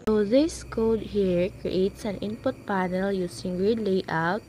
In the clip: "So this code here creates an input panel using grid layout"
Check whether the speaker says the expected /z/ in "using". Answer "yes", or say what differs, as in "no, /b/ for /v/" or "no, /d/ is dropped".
no, /s/ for /z/